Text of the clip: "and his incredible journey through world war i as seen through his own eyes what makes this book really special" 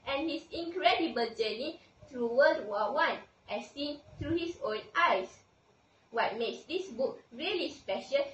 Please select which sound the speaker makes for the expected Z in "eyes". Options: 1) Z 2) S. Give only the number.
2